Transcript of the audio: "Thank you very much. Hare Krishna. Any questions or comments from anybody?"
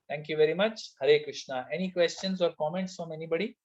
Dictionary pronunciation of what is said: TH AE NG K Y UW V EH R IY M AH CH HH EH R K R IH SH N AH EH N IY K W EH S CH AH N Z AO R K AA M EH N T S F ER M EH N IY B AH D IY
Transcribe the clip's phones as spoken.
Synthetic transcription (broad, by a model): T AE NG K Y UW V EH R IY M AH CH HH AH R K R IH SH N AH EH N IY K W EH S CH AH N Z AO R K AA M EH N T S F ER M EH N IY B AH D IY